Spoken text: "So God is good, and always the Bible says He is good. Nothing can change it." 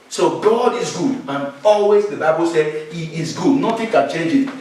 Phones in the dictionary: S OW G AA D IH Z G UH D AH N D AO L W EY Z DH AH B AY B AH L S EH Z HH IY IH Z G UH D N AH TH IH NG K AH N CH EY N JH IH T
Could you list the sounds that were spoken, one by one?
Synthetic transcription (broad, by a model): S OW G AA D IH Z G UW D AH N AO L W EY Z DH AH B AY B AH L S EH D HH IY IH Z G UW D N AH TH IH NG K AH N CH EY N JH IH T